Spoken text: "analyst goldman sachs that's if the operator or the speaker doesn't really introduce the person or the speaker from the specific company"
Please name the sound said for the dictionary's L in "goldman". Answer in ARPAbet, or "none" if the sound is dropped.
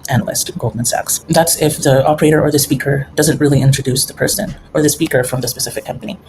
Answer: L